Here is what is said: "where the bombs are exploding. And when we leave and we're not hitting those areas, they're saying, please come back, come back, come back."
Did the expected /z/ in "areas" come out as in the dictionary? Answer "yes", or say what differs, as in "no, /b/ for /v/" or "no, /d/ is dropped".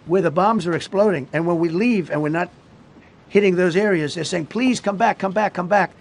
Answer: yes